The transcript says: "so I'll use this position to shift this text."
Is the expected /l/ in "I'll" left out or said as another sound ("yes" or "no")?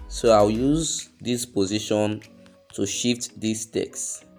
yes